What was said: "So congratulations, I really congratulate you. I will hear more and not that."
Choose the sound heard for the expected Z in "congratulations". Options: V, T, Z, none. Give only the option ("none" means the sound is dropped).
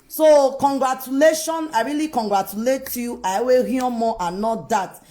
none